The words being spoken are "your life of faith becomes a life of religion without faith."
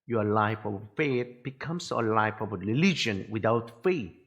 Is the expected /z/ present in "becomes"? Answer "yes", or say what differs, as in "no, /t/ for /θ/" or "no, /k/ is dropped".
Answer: no, /s/ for /z/